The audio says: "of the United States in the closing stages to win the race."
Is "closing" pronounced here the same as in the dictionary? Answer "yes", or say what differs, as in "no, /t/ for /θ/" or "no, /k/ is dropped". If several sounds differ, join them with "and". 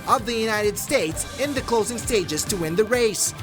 yes